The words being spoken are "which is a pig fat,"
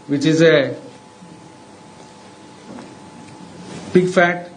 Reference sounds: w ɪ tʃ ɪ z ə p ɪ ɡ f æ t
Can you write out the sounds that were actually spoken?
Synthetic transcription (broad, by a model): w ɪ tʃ ɪ z ə b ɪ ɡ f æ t